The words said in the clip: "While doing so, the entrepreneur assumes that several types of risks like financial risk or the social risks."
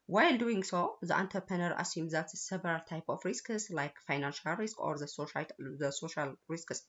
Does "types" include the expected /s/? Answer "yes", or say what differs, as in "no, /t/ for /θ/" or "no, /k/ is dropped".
no, /s/ is dropped